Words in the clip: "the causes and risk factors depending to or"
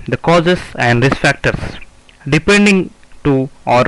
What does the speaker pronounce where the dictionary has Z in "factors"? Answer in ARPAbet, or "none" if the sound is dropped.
S